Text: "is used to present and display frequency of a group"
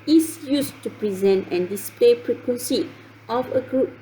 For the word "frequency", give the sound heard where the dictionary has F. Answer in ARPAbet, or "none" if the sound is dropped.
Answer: P